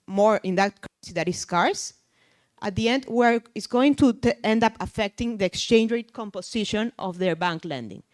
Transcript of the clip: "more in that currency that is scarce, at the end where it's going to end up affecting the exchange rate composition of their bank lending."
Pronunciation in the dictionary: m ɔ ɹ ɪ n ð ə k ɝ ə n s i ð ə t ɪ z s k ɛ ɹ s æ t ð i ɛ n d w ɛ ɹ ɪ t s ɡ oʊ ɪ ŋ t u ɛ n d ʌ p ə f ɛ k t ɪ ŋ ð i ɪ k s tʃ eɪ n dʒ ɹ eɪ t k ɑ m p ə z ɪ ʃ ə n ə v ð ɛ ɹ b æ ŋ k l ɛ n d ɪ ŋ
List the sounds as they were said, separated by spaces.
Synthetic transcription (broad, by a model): m ɔ ɹ ɪ n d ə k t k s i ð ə t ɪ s k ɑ ɹ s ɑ t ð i ɛ n d w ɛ ɹ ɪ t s ɡ oʊ ɪ ŋ t u ɛ n d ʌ p ə f ɛ k t ɪ ŋ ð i ɪ k s tʃ eɪ n dʒ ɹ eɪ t k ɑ m p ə s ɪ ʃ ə n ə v ð ɛ ɹ b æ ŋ k l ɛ n d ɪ ŋ